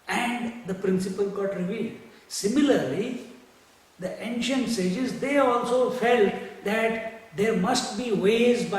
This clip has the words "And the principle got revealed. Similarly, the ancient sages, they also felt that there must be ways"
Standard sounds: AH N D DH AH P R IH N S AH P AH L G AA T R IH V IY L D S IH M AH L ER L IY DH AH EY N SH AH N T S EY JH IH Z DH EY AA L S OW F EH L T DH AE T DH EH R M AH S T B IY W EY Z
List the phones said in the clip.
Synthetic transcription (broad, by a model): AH N D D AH P R IH N S AH P AH L G AA T R IH V IY L D S IH M AH L ER L IY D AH EY N SH AH N T S EY JH IH Z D EY AA L S OW F EH L T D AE T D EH R M AH S T B IY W EY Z